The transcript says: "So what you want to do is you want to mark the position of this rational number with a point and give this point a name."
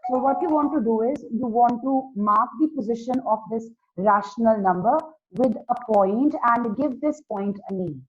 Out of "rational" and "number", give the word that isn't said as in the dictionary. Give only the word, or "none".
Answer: none